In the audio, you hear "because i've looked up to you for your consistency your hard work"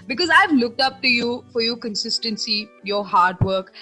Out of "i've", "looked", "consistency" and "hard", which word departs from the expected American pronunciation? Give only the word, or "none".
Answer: none